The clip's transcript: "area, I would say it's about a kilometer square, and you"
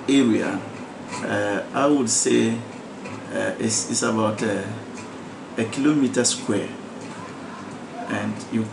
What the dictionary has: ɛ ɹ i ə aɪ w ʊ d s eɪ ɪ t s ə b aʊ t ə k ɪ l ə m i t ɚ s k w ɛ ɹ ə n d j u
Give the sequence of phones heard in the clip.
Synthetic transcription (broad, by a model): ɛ ɹ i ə aɪ w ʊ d s eɪ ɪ s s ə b aʊ t ə k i l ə m i t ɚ s k w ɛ ə n d j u